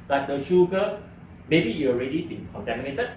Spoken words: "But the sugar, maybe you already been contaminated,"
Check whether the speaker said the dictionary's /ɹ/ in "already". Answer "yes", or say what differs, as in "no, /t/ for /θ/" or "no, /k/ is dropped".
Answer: yes